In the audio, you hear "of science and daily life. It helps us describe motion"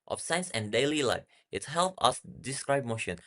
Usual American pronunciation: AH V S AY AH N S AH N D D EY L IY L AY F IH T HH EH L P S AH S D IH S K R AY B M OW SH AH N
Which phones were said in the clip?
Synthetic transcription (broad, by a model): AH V S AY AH N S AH N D D EY L IY L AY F IH T HH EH L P AH S D IH S K R AY B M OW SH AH N